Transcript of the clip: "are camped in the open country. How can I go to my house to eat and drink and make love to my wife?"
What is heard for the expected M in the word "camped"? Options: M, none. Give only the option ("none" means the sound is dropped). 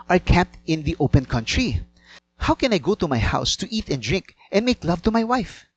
none